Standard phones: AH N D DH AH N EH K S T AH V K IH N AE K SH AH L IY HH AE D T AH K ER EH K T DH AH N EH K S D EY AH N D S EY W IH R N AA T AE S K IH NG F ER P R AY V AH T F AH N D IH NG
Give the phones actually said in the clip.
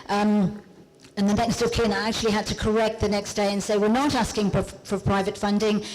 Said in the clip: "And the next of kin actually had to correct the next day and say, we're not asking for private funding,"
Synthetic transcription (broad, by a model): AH N DH AH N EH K S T AH V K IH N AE K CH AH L IY HH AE D T AH K ER EH K T DH AH N EH K S D EY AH N S EY W IH R N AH T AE S K IH NG F ER P R AY V AH T F AH N D IH NG